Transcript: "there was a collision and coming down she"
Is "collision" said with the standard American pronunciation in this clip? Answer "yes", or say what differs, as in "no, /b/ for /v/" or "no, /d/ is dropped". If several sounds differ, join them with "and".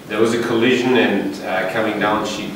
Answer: yes